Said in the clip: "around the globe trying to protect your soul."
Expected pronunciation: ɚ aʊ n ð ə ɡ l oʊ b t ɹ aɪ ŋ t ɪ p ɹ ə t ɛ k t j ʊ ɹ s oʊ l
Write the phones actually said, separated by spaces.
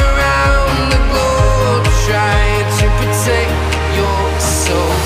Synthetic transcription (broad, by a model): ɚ aʊ n ð ə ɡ oʊ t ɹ aɪ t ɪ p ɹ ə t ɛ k j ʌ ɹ s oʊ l